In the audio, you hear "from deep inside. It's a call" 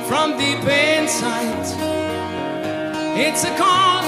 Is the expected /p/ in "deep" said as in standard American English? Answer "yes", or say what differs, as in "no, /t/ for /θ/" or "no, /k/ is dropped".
no, /b/ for /p/